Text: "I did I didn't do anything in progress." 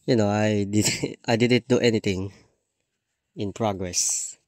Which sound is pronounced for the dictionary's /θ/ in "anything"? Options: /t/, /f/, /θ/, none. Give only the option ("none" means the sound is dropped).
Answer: /t/